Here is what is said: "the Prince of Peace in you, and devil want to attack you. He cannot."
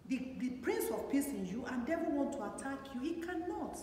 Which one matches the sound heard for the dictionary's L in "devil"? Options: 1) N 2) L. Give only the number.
1